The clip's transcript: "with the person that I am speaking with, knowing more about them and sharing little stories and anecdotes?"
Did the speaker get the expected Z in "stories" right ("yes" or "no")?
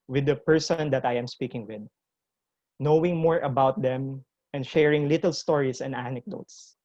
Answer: no